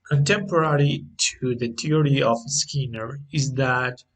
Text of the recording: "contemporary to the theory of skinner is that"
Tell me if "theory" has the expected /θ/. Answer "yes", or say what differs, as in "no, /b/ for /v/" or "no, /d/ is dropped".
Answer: no, /t/ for /θ/